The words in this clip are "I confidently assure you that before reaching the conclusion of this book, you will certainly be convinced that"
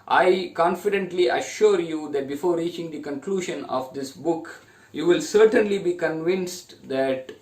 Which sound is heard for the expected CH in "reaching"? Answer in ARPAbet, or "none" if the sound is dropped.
CH